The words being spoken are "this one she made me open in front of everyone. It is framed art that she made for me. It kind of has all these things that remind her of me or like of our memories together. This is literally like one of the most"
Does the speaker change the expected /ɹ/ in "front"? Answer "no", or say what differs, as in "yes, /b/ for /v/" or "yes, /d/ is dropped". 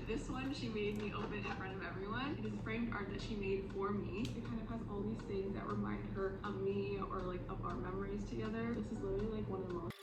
no